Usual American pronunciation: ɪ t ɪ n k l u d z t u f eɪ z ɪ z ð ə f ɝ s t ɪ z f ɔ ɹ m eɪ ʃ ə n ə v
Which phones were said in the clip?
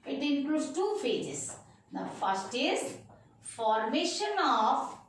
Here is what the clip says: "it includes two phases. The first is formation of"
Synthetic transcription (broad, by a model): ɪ t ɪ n k l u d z t u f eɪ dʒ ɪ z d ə f ɝ s t ɪ z f ɔ ɹ m eɪ ʃ ə n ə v